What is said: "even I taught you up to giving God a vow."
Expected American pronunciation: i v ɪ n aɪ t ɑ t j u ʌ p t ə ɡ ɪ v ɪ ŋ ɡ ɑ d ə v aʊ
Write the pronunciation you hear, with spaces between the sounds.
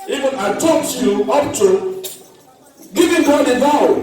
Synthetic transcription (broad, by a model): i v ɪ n aɪ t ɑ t j u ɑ f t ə ɡ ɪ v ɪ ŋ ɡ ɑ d ə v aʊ